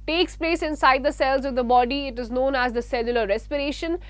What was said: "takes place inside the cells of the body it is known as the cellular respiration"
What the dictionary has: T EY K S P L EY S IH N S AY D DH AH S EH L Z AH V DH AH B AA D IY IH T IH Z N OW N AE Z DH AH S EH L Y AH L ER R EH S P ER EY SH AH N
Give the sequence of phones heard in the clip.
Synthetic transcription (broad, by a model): T EY K S P L EY S IH N S AY D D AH S EH L Z AH V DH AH B AA D IY IH T IH Z N OW N AE Z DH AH S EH L Y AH L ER R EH S P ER EY SH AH N